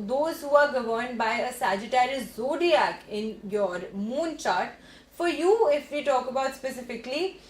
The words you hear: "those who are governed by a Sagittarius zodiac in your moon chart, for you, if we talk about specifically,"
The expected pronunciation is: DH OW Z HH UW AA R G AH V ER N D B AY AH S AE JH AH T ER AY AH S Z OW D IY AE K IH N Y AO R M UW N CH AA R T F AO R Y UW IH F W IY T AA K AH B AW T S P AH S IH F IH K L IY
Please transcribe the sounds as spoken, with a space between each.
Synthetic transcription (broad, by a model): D OW Z HH UW AA R G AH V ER N D B AY AH S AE JH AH T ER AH Z OW D IY AE K IH N Y AO R M UW N CH AA R T F AO R Y UW IH F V IY T AA K AH B AW T S P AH S IH F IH K L IY